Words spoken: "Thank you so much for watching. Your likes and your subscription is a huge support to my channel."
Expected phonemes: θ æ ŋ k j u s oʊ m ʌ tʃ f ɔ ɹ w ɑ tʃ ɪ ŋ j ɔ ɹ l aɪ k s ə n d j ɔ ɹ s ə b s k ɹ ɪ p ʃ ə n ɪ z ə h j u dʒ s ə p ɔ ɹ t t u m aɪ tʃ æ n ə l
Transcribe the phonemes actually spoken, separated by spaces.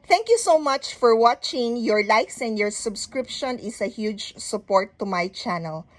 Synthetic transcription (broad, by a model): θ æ ŋ k j u s oʊ m ʌ tʃ f ɔ ɹ w ɑ tʃ ɪ ŋ j ɔ ɹ l aɪ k s ə n d j ɔ ɹ s ə b s k ɹ ɪ p ʃ ə n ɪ s ə h j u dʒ s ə p ɔ ɹ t t u m aɪ tʃ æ n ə l